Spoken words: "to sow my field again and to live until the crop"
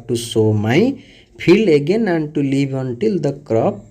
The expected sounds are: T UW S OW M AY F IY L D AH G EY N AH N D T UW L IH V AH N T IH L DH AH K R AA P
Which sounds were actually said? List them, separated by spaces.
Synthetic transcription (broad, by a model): T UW S OW M AY P IY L AH G EY N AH N T UW L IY B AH N T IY L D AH K R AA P